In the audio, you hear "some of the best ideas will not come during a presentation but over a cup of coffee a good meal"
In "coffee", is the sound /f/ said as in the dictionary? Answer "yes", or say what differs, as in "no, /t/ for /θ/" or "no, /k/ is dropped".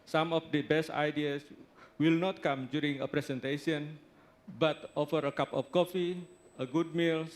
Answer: yes